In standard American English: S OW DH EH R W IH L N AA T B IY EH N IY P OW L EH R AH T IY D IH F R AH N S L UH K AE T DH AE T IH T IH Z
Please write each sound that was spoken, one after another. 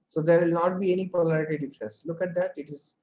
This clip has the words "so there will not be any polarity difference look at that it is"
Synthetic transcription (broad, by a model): S OW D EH R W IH L N AA T B IY EH N IY P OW L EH R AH T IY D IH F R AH S L UH K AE T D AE T IH T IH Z